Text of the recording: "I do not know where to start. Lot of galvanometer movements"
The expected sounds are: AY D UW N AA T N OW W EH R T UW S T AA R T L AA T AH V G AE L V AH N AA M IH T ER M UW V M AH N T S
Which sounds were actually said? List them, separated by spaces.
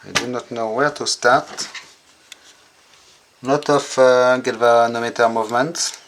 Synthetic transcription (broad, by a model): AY D UW N AA T N OW W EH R T UW S T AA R T N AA T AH F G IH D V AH N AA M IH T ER M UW V M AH N T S